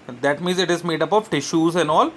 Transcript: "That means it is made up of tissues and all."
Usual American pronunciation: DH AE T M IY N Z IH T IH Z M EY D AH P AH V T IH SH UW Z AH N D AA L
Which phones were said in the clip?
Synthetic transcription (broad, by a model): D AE T M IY N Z IH T IH Z M EY D AH P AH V T IH SH UW Z AH N D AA L